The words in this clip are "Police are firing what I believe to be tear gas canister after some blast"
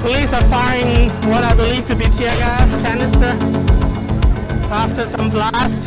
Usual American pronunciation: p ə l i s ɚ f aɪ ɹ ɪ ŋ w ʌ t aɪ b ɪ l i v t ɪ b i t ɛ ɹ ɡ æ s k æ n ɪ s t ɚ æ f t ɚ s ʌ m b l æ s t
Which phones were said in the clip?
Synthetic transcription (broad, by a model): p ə l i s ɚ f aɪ ɪ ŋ w ʌ t aɪ b ɪ l i v t ɪ b i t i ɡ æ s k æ n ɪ s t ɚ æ f t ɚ s ʌ m l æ s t